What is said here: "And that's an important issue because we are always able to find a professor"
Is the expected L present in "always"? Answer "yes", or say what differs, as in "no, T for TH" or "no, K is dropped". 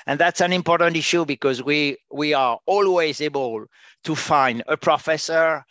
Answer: yes